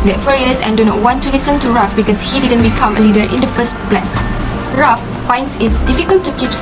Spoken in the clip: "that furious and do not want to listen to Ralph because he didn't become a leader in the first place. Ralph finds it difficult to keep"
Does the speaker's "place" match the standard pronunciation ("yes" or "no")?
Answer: no